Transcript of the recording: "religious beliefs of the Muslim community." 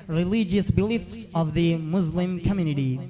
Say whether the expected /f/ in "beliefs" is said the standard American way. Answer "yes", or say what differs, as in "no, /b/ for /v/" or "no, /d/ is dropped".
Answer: yes